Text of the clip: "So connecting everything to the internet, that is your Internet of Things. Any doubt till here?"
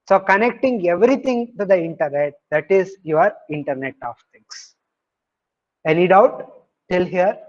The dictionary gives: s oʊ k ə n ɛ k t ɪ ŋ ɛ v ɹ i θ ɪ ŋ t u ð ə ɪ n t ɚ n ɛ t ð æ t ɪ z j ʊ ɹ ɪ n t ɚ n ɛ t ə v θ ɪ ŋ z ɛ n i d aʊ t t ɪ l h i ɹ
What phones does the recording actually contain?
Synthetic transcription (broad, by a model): s oʊ k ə n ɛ k t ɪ ŋ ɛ v ɹ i t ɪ ŋ t u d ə ɪ n t ɚ n ɛ t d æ t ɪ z j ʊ ɹ ɪ n t ɚ n ɛ t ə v t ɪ ŋ s ɛ n i d aʊ t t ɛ l h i ɹ